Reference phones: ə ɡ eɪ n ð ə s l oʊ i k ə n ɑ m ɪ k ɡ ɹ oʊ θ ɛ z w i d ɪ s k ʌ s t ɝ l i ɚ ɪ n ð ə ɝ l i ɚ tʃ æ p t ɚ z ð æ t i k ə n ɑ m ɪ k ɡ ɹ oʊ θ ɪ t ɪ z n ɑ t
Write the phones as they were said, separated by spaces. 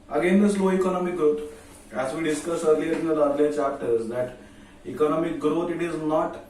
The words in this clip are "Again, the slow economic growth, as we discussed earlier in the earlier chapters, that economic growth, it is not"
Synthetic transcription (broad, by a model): ə ɡ eɪ n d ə s l oʊ i k ə n ɑ m ɪ k ɡ ɹ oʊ t ɛ z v i d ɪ s k ʌ s ɝ l i ɚ ɪ n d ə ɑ l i tʃ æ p t ɚ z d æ t i k ə n ɑ m ɪ k ɡ ɹ oʊ t ɪ t ɪ z n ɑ t